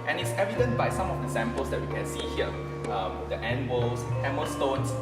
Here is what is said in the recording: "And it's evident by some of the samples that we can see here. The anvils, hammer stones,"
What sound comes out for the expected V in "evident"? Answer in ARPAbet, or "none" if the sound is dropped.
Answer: V